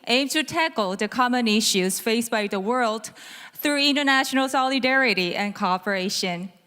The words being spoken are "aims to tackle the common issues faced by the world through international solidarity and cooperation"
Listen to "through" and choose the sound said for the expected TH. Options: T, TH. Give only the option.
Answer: TH